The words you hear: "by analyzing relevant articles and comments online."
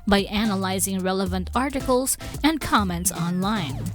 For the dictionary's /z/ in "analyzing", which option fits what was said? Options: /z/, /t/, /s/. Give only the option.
/z/